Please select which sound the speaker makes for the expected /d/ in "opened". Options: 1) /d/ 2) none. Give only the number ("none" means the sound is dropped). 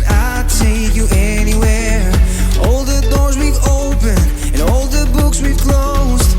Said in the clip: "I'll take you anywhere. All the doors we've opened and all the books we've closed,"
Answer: 2